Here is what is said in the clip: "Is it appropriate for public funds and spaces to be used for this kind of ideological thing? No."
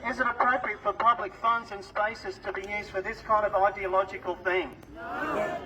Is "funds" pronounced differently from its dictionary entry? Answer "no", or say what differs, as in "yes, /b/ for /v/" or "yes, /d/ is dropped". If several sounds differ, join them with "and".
no